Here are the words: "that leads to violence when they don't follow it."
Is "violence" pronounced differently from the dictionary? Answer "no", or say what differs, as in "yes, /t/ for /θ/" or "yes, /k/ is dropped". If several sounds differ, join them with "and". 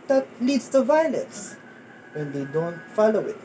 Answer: no